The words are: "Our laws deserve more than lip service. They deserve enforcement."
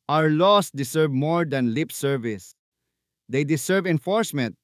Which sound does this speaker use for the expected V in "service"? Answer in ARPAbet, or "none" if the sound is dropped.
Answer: V